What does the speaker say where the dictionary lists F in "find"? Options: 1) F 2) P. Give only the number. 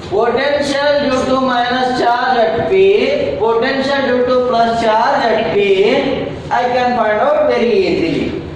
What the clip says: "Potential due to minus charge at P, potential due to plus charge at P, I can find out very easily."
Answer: 2